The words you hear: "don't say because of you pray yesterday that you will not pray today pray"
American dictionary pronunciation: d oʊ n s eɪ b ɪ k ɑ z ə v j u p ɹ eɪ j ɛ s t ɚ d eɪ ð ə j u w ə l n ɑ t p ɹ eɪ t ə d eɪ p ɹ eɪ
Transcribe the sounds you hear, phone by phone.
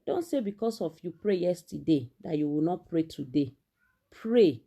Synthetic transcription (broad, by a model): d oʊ n s eɪ b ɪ k ɑ s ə f j u p ɹ eɪ j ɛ s t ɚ d eɪ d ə j u w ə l n ɑ t p ɹ eɪ t ə d eɪ p ɹ eɪ